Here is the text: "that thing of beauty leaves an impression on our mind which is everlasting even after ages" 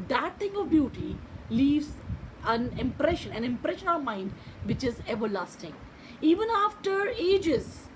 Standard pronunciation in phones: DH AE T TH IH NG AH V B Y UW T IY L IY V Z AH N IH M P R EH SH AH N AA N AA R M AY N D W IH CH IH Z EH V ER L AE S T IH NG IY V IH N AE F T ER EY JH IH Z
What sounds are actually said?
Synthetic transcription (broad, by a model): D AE T T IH NG AH V B Y UW T IY L IY V Z AH N IH M P R EH SH AH N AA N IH R M AY N D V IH CH IH Z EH V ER L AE S T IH NG IY V IH N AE F T ER EY JH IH Z